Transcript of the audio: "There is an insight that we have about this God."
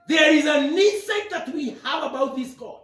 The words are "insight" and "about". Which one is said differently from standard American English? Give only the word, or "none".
insight